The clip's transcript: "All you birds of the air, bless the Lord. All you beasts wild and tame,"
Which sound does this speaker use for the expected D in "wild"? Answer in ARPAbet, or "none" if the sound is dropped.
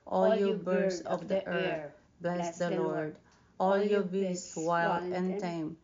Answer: none